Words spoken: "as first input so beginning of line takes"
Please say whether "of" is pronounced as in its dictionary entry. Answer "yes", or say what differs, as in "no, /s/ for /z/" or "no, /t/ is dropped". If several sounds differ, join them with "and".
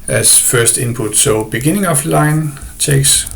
no, /f/ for /v/